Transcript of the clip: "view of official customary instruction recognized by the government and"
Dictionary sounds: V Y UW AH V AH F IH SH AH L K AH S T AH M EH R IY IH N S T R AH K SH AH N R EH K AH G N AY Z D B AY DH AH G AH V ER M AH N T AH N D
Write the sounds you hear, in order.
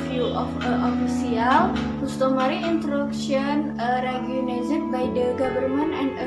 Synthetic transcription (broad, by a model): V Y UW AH F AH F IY S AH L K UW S T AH M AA R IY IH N T R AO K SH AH N R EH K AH N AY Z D B AY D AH G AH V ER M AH N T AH N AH